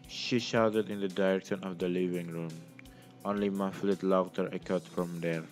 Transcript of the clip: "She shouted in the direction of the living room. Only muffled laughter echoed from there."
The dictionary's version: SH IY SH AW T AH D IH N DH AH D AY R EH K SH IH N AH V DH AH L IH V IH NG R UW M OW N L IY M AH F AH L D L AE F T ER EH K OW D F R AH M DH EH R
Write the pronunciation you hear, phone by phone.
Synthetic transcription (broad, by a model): SH IY SH AW T AH D IH N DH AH D AY R EH K SH IH N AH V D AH L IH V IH NG R UW M OW N L IY M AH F L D L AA T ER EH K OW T F R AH M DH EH R